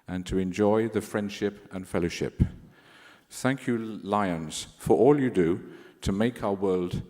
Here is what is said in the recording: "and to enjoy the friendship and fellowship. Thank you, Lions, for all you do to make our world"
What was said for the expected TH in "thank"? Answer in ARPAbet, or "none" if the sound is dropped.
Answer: TH